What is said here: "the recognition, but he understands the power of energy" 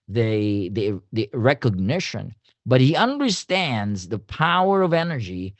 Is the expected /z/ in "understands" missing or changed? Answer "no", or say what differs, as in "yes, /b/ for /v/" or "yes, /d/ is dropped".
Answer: no